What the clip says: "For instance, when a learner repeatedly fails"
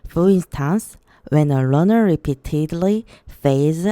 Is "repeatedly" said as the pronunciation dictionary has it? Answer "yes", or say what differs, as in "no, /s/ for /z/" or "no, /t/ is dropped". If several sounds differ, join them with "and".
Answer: yes